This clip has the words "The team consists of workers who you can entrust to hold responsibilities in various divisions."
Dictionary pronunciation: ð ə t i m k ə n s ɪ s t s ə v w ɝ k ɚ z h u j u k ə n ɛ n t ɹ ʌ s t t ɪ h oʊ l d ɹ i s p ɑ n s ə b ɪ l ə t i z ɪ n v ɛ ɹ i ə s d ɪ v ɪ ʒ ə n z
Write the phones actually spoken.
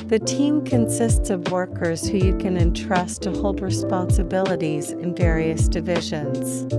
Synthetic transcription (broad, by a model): ð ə t i m k ə n s ɪ s t s ə v w ɝ k ɚ z h u j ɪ k ə n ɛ n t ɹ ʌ s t t ɪ h oʊ l d ɹ i s p ɑ n s ə b ɪ l ə t i z ɪ n v ɛ ɹ i ə s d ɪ v ɪ ʒ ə n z